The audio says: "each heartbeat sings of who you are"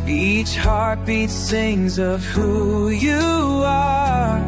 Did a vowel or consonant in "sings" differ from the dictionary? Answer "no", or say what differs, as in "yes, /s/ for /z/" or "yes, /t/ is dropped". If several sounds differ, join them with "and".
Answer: yes, /θ/ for /s/